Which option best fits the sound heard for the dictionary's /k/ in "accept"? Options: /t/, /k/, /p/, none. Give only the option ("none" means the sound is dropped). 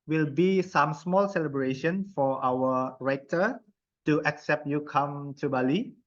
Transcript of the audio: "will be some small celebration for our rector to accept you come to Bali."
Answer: /k/